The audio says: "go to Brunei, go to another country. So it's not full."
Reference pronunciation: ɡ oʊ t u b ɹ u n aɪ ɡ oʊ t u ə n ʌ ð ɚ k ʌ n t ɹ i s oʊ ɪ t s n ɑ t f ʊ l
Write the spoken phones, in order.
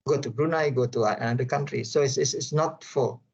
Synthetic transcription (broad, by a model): ɡ oʊ t u b ɹ u n aɪ ɡ oʊ t u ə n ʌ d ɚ k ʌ n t ɹ i s oʊ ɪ s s n ɑ t f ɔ